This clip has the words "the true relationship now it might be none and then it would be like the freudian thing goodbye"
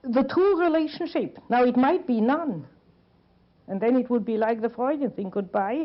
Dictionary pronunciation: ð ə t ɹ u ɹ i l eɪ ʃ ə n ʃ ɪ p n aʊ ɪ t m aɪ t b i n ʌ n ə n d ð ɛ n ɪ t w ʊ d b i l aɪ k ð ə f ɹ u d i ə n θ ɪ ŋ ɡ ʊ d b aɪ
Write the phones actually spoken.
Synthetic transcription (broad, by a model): ð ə t u ɹ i l eɪ ʃ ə n ʃ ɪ p n aʊ ɪ t m aɪ t b i n ʌ n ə n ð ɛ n ɪ t w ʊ d b i l aɪ k ð ə f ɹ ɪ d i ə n θ ɪ ŋ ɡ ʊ d b aɪ